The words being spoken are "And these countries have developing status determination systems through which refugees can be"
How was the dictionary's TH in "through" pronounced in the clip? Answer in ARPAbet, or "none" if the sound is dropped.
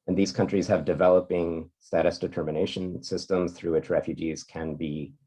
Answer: TH